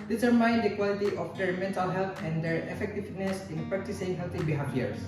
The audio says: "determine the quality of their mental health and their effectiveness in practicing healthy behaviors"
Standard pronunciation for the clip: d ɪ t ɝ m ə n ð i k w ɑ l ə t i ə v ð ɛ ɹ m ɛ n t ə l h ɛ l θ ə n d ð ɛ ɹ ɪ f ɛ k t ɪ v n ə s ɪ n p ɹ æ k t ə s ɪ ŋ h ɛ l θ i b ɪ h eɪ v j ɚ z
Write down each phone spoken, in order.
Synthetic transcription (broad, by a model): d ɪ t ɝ m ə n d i k w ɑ l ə t i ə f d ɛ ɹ m ɛ n t ə l h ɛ l t ə n d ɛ ɹ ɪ f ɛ k t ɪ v n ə s ɪ n p ɹ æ k t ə s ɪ ŋ h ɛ l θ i b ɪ h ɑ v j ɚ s